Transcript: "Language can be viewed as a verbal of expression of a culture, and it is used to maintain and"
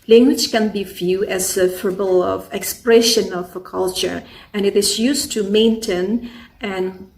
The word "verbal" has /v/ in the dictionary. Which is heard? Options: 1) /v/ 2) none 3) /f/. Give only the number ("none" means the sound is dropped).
3